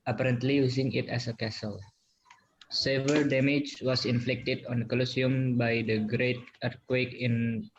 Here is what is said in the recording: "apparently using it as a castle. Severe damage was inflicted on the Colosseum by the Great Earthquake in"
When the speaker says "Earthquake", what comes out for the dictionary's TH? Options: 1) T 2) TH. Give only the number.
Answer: 1